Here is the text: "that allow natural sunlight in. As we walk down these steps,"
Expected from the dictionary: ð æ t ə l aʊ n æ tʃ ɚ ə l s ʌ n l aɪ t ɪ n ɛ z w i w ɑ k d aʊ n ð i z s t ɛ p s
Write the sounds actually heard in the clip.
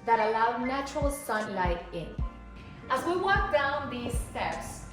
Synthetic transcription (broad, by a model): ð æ t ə l aʊ n æ tʃ ɚ ə l s ʌ n l aɪ t ɪ n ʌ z w i w ɑ k d aʊ n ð i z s t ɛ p s